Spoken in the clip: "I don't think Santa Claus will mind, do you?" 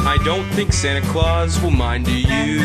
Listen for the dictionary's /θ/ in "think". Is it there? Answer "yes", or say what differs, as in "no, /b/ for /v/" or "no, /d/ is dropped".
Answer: yes